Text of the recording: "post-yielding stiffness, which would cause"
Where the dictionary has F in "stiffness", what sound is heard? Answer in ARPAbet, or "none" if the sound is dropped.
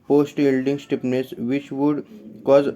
P